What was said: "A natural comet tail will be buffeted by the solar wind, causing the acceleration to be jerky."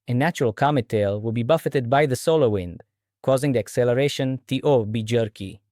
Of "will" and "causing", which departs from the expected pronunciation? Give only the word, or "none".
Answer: none